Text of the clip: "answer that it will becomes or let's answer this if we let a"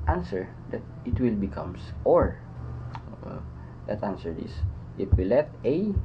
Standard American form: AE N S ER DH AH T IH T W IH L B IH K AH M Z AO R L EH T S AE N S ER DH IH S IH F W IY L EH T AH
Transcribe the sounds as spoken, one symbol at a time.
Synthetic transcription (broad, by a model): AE N S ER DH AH T IH T W IH L B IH K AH M S AO R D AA T AE N S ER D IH S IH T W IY L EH T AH